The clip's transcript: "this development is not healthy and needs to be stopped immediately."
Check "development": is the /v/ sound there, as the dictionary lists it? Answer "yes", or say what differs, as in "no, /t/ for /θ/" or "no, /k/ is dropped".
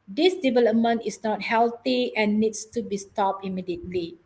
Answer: yes